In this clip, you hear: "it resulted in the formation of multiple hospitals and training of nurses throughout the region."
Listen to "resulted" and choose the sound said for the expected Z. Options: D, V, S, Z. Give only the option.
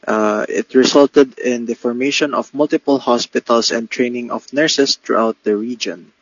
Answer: S